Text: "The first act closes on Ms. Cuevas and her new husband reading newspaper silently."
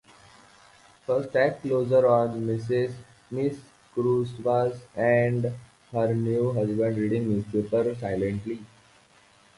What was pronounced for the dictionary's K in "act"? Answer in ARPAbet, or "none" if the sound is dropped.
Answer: none